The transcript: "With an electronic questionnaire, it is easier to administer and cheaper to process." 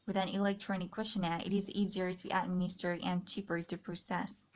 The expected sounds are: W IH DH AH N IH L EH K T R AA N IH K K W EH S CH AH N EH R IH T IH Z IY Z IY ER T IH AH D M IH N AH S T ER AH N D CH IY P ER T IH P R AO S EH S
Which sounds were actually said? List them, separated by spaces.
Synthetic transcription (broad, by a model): W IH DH AH N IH L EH K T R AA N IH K K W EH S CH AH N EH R IH T IH Z IY Z IY ER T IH AH D M IH N AH S T ER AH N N CH IY P ER T IH P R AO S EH S